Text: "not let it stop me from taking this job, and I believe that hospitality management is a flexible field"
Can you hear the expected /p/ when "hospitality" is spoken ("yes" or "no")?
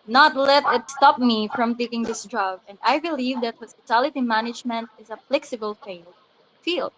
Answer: yes